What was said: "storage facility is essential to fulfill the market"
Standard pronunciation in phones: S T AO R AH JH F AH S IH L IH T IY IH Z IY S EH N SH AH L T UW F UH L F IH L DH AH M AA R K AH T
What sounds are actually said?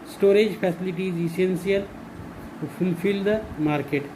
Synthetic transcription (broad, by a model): S T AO R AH JH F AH S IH L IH T IY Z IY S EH N S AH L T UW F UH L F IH L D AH M AA R K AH T